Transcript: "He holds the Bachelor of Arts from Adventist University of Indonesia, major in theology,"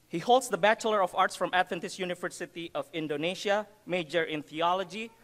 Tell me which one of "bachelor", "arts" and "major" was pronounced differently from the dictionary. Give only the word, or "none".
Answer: none